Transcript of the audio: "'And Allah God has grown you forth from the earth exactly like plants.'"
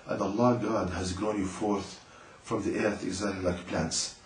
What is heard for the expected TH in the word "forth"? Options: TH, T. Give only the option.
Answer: TH